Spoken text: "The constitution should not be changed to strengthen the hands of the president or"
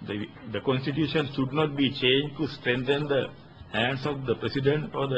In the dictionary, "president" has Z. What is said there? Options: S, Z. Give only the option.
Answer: S